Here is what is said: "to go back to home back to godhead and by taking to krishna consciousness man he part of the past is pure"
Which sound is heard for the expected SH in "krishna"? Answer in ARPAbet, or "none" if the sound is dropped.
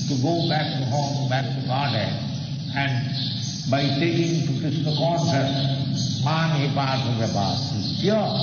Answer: S